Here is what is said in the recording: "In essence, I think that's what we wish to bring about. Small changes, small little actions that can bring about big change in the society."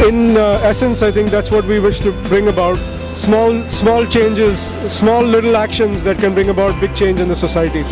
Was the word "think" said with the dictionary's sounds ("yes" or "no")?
no